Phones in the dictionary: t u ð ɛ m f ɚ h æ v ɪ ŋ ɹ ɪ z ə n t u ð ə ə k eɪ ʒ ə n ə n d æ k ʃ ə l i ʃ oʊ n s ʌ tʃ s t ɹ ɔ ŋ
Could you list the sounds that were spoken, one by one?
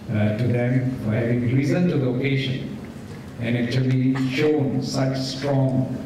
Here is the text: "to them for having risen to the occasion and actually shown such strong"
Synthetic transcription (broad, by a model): t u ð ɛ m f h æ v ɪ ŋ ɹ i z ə n t u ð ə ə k eɪ ʃ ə n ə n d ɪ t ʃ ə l i ʃ oʊ n s ʌ tʃ s t ɹ ɔ ŋ